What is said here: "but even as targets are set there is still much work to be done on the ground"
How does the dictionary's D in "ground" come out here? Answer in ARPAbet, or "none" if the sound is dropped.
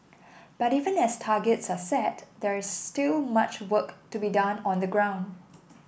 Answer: D